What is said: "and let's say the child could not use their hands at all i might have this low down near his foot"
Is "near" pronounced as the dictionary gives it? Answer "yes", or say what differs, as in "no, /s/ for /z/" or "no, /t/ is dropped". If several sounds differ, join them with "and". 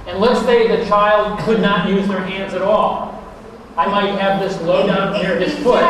yes